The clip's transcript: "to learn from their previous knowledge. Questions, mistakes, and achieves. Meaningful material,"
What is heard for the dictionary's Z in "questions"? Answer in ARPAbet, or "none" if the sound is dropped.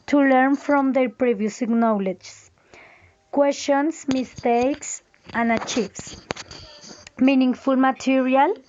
S